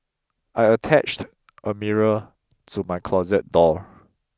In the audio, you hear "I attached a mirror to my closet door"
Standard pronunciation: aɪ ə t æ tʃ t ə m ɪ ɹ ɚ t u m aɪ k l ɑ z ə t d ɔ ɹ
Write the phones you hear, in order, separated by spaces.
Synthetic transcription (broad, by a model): aɪ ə t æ tʃ t ə m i ɹ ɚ t u m aɪ k l ɑ z ə t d ɔ